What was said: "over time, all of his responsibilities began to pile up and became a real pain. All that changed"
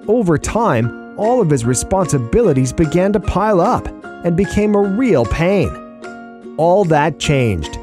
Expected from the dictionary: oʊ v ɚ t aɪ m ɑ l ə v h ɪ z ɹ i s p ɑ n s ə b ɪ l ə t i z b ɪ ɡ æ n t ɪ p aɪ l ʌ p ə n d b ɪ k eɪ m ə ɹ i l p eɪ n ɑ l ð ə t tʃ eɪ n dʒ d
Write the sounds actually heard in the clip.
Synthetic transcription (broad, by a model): oʊ v ɚ t aɪ m ɑ l ə v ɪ z ɹ i s p ɑ n s ə b ɪ l ə t i z b ɪ ɡ æ n t ɪ p aɪ l ʌ p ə n b ɪ k eɪ m ə ɹ i l p eɪ n ɑ l ð ə t tʃ eɪ n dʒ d